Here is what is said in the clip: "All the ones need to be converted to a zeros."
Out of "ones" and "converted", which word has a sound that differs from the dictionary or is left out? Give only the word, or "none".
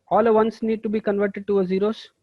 ones